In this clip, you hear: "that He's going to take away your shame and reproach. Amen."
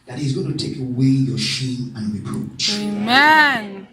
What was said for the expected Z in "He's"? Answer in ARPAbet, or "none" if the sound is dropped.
Z